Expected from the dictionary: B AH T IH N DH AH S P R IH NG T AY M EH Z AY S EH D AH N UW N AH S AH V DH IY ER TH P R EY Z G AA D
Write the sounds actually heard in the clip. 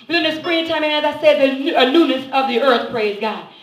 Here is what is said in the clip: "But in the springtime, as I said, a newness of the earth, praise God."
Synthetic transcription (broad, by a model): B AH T IH N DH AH S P R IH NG T AY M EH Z AY S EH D AH N UW N AH S AH V DH IY ER TH P R EY Z G AA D